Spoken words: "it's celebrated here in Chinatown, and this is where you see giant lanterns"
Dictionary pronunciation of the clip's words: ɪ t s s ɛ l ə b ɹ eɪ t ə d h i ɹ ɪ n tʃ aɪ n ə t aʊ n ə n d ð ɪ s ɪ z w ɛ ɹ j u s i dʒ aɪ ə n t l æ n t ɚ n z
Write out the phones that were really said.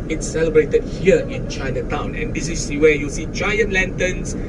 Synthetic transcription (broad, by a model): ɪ t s s ɛ l ə b ɹ eɪ t ə d h i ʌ ɪ n tʃ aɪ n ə t aʊ n ə n d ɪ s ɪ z w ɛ j u s i tʃ aɪ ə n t l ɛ n t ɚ n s